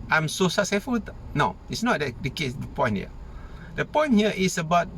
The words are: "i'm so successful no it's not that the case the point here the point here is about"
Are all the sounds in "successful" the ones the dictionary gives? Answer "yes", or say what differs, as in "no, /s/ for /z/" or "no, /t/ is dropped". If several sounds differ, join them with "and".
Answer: no, /k/ is dropped and /s/ is dropped